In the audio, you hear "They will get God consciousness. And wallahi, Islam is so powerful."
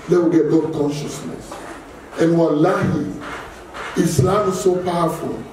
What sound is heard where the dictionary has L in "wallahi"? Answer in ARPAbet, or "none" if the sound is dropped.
L